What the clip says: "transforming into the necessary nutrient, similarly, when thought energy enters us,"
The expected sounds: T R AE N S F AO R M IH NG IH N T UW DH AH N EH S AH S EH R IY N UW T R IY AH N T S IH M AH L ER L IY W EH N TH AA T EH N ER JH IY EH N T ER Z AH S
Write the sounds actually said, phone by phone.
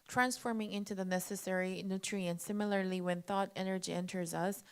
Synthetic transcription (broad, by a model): T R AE N S F AO R M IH NG IH N T UW DH AH N EH S AH S EH R IY N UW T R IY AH N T S IH M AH L ER L IY W EH N TH AA T EH N ER JH IY EH N T ER Z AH S